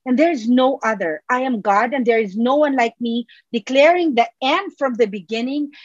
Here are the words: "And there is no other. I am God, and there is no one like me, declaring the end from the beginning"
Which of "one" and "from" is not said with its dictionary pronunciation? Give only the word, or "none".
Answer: none